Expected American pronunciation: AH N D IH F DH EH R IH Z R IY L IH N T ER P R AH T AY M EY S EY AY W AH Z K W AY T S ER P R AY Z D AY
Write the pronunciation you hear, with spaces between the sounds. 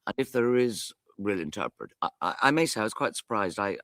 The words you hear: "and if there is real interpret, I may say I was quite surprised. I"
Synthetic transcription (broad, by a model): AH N IH F DH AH R IH Z R IY L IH N T ER P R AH T AY M EY S EY AY W AH Z K W AY T S ER P R AY Z D AY